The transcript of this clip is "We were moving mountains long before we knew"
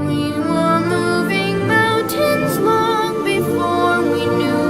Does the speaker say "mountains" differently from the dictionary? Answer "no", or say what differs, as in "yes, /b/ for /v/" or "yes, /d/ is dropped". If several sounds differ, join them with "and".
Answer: no